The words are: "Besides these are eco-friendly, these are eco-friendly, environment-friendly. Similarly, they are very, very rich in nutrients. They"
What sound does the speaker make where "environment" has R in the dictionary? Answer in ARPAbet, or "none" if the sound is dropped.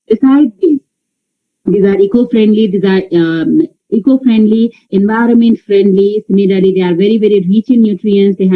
R